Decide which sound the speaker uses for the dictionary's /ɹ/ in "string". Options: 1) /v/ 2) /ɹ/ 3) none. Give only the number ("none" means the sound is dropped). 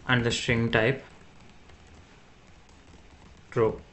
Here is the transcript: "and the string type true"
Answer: 2